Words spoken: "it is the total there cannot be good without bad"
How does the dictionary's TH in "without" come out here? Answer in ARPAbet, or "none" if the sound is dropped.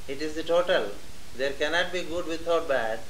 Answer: T